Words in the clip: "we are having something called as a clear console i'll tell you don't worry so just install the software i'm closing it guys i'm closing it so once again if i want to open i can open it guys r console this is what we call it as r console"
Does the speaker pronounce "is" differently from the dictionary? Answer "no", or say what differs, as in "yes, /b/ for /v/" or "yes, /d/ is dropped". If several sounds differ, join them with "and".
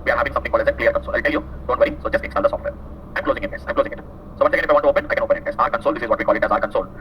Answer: no